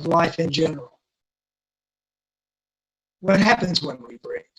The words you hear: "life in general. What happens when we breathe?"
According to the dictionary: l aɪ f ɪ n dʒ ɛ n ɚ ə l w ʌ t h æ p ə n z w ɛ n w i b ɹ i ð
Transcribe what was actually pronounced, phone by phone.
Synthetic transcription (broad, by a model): l aɪ f ɪ n dʒ ɛ n ɚ l w ʌ t h æ p ə n z w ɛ n w i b ɹ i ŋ